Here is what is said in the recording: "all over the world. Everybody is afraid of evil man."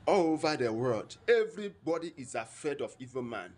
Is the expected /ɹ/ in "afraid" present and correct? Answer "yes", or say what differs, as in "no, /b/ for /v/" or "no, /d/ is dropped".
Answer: no, /ɹ/ is dropped